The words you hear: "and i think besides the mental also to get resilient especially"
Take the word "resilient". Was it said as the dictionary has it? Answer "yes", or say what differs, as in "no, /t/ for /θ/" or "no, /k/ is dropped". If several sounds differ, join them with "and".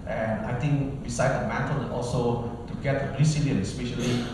no, /s/ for /z/ and /t/ is dropped